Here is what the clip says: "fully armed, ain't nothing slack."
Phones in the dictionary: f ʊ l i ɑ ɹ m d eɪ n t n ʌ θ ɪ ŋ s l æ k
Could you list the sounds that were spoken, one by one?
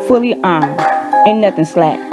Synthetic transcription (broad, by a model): f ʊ l i ɑ ɹ m d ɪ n n ʌ θ ɪ ŋ s l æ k